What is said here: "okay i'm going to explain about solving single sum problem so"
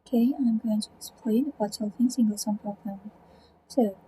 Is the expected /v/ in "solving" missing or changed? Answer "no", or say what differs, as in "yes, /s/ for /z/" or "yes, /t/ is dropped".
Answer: yes, /f/ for /v/